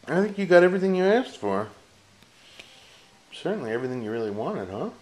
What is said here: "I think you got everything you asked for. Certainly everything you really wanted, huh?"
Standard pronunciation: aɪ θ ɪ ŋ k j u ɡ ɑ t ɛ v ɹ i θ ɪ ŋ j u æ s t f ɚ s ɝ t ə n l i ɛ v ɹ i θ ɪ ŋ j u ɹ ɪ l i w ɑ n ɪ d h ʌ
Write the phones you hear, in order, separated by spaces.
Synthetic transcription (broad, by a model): aɪ θ ɪ ŋ k j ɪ ɡ ɑ t ɛ v ɹ i θ ɪ ŋ j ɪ æ s t f ɚ s ɝ t n l i ɛ v ɹ i θ ɪ ŋ j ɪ ɹ ɪ l i w ɑ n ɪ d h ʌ